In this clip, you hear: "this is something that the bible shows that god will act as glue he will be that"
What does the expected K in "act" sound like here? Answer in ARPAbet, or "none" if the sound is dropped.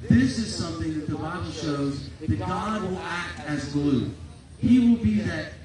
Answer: K